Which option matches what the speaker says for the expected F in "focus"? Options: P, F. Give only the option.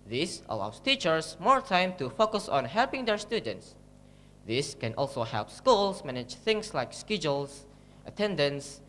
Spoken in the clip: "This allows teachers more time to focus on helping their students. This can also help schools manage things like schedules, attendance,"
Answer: F